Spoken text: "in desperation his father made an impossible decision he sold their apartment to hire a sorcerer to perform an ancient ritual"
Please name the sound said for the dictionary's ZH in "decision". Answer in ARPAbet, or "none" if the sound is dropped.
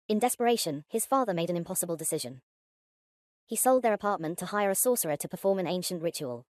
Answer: ZH